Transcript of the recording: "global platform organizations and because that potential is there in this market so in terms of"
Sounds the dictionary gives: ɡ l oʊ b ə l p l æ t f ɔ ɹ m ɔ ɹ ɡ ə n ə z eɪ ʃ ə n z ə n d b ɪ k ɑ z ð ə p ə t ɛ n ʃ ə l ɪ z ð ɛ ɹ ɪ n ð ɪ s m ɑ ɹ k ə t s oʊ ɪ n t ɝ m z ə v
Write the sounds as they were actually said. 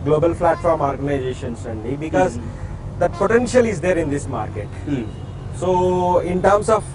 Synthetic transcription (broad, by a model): ɡ l oʊ b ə l f l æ t f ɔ ɹ m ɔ ɹ ɡ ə n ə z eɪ ʃ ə n s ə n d b ɪ k ɑ z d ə p ə t ɛ n ʃ ə l ɪ z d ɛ ɹ ɪ n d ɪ s m ɑ ɹ k ə t s oʊ ɪ n t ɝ m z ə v